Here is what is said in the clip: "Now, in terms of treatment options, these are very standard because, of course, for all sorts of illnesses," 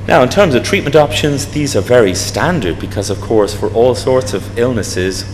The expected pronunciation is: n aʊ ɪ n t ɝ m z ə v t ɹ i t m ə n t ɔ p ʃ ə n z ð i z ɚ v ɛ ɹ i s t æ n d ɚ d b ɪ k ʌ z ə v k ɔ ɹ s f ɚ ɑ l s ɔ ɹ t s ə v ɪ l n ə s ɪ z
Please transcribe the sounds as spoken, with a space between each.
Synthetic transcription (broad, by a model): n aʊ ɪ n t ɝ m z ə v t ɹ i t m ə n t ɔ p ʃ ə n z ð i z ɚ v ɛ ɹ i s t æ n d ɚ d b ɪ k ʌ z ə v k ɔ ɹ s f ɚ ɑ l s ɔ ɹ t s ə v ɪ l n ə s ɪ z